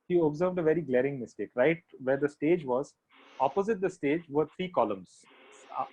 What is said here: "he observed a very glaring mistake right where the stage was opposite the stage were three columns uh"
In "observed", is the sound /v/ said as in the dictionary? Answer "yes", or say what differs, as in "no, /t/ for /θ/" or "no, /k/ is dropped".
yes